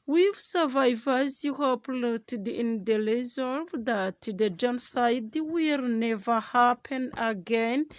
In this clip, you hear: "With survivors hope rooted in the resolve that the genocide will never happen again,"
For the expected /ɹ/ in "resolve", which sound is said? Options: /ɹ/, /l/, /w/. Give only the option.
/l/